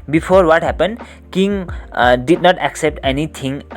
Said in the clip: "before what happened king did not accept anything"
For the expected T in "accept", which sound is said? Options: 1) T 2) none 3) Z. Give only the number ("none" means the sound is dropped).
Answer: 1